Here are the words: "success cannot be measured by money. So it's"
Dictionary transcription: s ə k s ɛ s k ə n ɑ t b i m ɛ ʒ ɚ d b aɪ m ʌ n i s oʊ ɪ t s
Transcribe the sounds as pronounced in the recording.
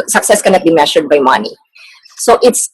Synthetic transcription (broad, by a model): s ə k s ɛ s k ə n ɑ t b i m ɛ ʃ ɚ d b aɪ m ʌ n i s oʊ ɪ t s